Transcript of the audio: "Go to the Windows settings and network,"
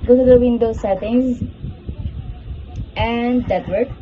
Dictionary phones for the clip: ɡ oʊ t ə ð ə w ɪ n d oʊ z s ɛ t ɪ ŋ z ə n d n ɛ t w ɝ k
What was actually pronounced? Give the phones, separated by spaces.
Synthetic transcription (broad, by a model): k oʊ s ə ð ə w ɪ n d oʊ s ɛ t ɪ ŋ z ə n d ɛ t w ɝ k